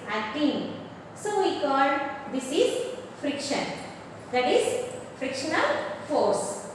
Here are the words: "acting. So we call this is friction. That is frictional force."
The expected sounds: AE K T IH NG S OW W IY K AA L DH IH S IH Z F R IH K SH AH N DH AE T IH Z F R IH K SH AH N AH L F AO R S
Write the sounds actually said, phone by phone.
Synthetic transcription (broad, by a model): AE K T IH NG S OW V IY K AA L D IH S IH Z F R IH K SH AH N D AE T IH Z F R IH K SH AH N AH L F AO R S